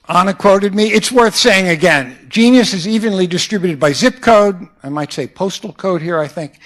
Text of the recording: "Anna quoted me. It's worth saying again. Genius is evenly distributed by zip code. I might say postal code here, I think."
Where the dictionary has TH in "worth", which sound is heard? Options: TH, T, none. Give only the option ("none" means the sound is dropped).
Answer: TH